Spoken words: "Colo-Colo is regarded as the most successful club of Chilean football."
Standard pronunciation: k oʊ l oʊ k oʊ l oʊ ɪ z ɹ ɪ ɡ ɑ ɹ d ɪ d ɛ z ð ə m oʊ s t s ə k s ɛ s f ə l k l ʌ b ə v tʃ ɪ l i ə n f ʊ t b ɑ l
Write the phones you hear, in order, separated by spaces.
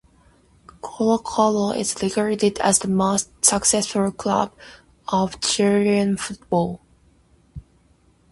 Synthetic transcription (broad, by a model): k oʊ l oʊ k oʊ l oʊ ɪ z l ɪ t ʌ ɹ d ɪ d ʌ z ð ə m oʊ s t s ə k s ɛ s f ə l k l ʌ b ə v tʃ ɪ i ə n f ʊ t b ɑ l